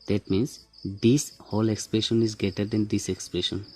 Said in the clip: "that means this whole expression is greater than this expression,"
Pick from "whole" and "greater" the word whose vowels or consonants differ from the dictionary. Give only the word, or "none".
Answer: greater